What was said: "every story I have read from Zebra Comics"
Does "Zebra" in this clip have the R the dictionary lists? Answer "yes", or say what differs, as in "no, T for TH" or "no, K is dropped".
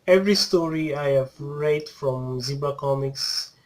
no, R is dropped